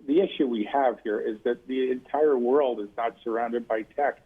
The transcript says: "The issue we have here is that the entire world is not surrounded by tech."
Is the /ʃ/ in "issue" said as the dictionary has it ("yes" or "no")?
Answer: yes